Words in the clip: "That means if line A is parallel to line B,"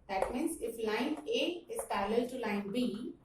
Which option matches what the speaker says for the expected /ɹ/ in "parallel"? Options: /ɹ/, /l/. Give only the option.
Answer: /l/